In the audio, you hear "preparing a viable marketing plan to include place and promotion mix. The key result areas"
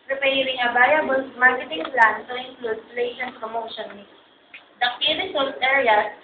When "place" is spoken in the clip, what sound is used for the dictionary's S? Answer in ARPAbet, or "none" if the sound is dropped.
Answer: SH